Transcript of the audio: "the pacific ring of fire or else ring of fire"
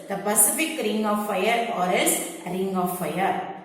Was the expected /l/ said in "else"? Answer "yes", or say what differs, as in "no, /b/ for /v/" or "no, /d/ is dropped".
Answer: no, /l/ is dropped